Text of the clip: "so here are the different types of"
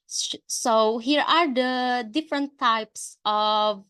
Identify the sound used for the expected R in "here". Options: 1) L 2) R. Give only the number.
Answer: 2